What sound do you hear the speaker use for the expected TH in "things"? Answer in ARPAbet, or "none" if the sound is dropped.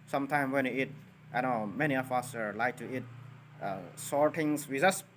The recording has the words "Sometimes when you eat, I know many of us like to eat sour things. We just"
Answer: T